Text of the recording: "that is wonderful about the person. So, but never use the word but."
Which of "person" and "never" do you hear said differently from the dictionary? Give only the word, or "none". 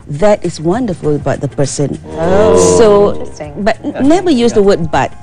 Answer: never